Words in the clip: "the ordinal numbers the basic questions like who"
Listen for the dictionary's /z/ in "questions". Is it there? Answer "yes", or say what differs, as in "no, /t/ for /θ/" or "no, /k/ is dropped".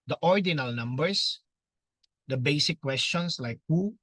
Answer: no, /s/ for /z/